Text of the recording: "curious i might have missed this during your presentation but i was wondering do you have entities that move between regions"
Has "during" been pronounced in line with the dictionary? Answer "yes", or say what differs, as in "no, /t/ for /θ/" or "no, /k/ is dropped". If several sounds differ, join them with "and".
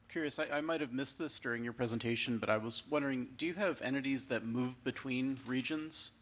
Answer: yes